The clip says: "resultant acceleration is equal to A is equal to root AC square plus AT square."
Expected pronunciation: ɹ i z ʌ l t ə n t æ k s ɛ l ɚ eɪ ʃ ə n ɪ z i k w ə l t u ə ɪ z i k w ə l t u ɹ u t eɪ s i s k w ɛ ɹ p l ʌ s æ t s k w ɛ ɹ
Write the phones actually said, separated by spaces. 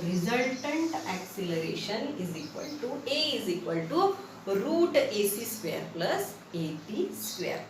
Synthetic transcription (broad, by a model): ɹ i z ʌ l t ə n t æ k s ɛ l ɚ eɪ ʃ ə n ɪ z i k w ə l t u ə ɪ z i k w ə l t u ɹ u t eɪ s i s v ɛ ɹ p l ʌ s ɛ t s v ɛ ɹ